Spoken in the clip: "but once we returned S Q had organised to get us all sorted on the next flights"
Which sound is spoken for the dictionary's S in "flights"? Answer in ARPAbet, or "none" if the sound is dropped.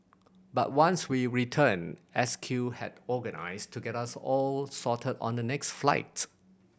none